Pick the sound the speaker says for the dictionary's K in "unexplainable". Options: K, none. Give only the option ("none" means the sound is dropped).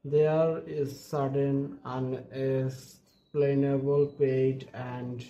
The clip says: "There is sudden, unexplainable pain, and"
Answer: none